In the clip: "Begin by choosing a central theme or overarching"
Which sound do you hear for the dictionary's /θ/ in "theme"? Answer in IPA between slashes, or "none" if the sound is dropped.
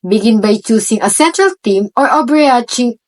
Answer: /t/